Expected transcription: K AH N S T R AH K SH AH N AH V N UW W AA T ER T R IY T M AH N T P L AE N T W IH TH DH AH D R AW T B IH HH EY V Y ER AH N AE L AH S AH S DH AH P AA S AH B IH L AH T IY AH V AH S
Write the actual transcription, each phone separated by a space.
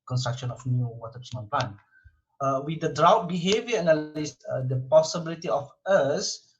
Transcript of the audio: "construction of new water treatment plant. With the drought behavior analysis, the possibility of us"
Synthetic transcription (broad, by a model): K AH N S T R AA K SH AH N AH F N UW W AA T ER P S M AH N P L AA N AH W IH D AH D R AW T B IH HH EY V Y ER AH N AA L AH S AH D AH P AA S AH B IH L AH T IY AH F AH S